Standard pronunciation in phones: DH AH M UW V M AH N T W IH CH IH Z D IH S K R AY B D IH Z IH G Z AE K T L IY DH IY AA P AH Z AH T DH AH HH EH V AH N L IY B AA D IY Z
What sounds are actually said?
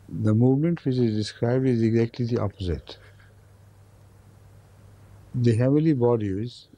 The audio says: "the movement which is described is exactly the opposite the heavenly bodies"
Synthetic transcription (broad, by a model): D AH M UW V M AH N T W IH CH IH Z D IH S K R AY B D IH Z IH G Z AE K T L IY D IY AA P AH Z AH T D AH HH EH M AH L IY B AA D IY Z